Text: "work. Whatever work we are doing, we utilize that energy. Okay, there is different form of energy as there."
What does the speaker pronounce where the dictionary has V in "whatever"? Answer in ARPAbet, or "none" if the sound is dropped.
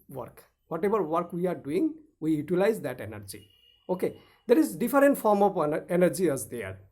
B